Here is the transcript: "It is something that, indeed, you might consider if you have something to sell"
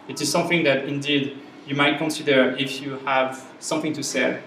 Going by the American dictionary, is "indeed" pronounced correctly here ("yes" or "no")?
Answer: yes